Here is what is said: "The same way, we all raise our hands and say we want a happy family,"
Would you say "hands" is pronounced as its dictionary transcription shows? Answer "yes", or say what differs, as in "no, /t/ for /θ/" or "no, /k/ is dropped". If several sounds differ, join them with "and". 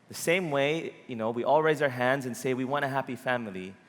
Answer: yes